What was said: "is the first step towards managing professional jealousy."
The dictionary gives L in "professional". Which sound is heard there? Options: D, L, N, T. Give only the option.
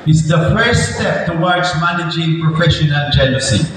N